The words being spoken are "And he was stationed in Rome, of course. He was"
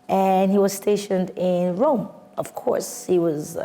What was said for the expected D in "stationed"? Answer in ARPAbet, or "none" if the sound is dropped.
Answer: D